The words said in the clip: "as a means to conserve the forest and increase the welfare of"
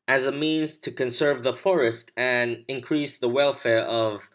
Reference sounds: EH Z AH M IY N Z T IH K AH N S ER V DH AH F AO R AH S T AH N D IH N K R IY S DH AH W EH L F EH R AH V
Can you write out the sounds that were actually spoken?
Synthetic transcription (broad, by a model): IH Z AH M IY N Z T IH K AH N S ER V DH AH F AO R AH S T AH N IH N K R IY S DH AH W EH L F EH R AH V